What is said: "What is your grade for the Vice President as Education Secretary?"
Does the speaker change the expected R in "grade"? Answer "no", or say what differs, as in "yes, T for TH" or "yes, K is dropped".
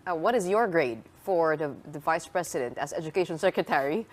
no